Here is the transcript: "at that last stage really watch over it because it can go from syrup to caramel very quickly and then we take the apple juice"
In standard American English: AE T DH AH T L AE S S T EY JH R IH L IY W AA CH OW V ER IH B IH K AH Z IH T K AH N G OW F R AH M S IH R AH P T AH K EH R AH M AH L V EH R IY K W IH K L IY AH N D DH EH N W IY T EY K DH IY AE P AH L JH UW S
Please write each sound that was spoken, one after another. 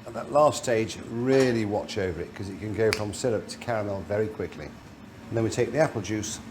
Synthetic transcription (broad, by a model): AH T DH AH T L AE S S T EY JH R IH L IY W AA CH OW V ER IH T K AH Z IH T K AH N G OW F R AH M S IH L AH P T AH K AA R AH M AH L V EH R IY K W IH K L IY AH N DH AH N W IY T EY K DH IY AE P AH L JH UW S